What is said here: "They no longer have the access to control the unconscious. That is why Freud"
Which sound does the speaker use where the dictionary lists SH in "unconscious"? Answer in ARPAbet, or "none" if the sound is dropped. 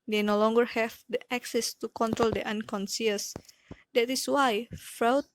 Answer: S